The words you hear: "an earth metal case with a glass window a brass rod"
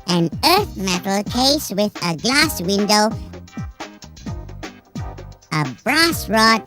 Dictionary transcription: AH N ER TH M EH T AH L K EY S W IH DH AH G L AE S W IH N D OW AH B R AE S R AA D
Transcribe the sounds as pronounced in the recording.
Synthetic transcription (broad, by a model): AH N ER TH M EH T L K EY S W IH DH AH G L AE S W IH N D OW AH B R AE S R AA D